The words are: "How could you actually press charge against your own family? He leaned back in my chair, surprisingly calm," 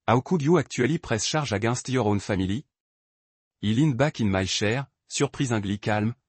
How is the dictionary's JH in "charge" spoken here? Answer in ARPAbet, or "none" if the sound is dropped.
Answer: ZH